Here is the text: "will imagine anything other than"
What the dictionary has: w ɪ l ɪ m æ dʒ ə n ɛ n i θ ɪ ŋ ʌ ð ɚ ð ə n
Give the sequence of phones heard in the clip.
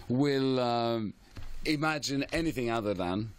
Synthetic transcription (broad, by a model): w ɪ l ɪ m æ dʒ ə n ɛ n i θ ɪ ŋ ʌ ð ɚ ð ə n